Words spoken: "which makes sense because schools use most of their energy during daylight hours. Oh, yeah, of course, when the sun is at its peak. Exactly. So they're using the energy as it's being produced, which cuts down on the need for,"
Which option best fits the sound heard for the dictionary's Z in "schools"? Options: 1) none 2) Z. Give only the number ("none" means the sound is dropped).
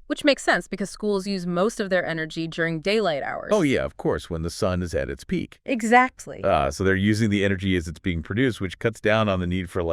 2